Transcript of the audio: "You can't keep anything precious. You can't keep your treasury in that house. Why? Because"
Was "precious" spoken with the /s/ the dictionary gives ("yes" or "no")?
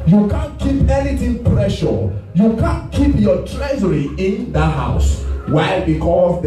no